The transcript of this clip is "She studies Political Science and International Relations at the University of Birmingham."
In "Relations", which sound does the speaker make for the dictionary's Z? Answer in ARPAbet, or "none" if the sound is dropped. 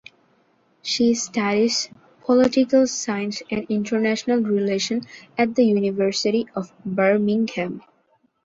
none